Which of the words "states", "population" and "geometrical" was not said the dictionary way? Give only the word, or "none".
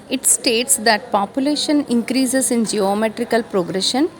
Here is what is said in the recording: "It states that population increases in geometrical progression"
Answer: none